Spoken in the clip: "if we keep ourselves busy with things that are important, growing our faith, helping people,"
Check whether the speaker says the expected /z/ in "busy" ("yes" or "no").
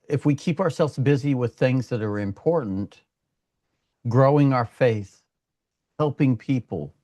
yes